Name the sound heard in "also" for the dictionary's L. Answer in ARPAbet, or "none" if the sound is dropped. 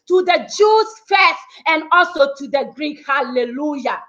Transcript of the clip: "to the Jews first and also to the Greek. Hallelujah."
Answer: L